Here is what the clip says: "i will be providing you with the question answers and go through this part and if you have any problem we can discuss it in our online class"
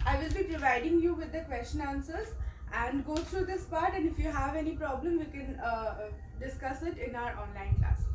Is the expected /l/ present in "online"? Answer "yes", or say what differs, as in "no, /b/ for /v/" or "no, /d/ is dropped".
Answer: yes